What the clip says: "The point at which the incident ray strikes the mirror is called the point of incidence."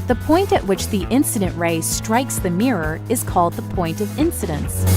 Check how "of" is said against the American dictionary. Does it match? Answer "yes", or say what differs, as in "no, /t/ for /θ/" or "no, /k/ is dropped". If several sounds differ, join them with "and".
yes